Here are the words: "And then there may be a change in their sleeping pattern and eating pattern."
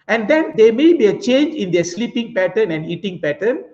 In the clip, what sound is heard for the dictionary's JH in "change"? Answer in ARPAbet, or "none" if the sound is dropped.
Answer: JH